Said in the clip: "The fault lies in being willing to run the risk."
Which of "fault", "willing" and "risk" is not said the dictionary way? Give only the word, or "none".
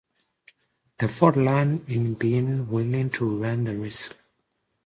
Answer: fault